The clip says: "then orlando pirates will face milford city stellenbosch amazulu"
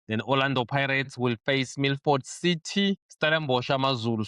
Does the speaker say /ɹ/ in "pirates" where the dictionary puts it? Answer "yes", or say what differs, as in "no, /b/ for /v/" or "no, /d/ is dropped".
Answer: yes